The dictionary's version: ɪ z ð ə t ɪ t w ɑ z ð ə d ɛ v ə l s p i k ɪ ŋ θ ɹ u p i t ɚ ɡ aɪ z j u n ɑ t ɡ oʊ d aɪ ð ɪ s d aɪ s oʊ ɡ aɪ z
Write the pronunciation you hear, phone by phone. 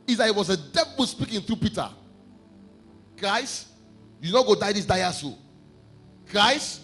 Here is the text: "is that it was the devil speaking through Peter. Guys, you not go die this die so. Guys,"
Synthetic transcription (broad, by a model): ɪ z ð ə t ɪ t w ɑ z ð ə d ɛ b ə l s p i k ɪ ŋ θ ɹ u p i t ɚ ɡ aɪ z j u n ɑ ɡ oʊ d aɪ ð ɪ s d aɪ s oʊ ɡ aɪ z